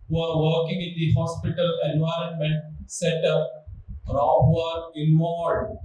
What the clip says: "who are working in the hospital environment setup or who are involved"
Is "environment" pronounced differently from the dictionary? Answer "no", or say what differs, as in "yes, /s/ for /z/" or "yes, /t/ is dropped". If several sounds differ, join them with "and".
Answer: no